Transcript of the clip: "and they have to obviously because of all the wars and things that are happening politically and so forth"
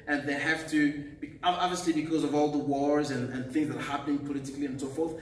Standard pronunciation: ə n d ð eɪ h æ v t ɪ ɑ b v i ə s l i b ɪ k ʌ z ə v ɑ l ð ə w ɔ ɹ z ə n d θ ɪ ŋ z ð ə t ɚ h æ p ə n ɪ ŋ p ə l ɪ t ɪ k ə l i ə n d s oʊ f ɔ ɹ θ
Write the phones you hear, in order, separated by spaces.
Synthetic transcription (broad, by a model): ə n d ð eɪ h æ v t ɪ ɑ b v i ə s l i b ɪ k ʌ z ə v ɑ l ð ə w ɔ ɹ z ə n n θ ɪ ŋ z ð ə t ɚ h æ p ə n ɪ ŋ p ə l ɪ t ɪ k l i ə n s oʊ f ɔ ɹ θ